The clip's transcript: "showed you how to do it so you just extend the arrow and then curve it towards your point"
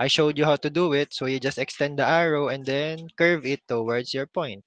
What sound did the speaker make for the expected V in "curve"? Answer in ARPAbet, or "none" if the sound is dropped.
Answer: V